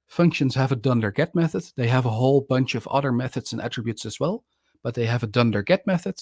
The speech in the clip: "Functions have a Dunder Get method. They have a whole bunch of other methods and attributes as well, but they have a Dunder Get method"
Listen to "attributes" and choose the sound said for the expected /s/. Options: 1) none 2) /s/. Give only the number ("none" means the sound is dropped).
2